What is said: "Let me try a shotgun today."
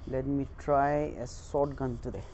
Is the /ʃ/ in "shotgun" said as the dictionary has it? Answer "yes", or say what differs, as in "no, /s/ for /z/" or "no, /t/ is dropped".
no, /s/ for /ʃ/